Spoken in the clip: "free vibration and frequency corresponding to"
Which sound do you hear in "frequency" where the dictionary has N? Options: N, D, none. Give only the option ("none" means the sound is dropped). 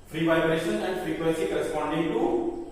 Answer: none